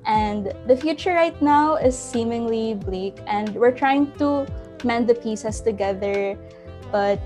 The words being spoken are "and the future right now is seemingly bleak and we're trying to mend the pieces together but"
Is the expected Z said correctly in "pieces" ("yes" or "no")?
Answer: no